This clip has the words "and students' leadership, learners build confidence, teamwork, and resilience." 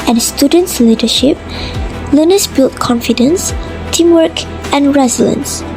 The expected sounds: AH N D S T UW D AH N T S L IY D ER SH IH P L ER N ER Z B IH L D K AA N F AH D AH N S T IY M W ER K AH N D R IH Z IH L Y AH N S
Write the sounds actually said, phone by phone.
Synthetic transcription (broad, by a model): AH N S T UW D AH N T S L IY D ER SH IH P L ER N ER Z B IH L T K AA N F AH D AH N S T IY M W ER K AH N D R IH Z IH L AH N S